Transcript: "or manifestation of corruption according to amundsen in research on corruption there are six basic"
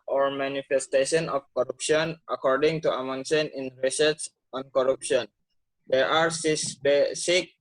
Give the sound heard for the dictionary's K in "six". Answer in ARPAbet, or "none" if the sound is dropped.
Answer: none